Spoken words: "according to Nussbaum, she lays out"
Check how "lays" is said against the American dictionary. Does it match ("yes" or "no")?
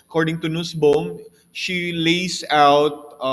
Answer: no